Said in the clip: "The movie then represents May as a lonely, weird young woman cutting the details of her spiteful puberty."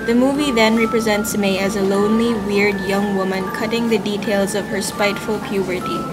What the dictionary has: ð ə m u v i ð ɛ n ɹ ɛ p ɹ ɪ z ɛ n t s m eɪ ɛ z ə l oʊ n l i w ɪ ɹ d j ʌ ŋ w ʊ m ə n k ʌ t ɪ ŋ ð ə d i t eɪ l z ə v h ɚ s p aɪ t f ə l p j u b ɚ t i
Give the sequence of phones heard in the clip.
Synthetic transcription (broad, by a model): ð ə m u v i ð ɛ n ɹ ɛ p ɹ ɪ z ɛ n t s m eɪ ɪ z ə l oʊ n l i w ɪ ɹ d j ʌ ŋ w ʊ m ə n k ʌ t ɪ ŋ ð ə d i t eɪ l z ə v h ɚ s p aɪ t f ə l p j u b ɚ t i